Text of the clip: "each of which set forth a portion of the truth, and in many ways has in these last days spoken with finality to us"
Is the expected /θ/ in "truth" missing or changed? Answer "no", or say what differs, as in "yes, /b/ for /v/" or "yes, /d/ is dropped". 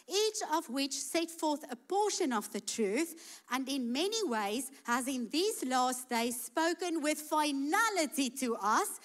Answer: no